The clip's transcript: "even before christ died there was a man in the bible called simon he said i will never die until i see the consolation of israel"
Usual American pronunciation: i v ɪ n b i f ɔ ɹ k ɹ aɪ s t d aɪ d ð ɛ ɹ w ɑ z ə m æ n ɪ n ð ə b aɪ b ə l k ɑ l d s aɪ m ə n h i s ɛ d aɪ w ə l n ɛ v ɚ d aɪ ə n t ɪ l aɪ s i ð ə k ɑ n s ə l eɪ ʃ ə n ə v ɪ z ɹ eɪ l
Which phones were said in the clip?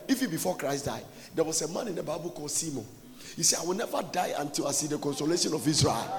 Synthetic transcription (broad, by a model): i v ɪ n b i f ɔ k ɹ aɪ s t d aɪ d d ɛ w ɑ s ə m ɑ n ɪ n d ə b aɪ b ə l k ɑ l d s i m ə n h i s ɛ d aɪ w ə l n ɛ v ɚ d aɪ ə n t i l aɪ s i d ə k ɑ n s ə l eɪ ʃ ə n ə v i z ɹ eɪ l